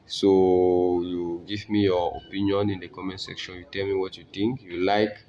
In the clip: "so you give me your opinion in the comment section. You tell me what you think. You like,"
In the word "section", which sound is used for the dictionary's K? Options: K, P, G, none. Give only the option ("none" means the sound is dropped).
K